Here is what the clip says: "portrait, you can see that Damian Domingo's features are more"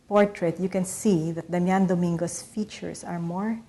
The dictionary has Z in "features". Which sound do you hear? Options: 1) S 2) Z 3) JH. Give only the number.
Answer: 1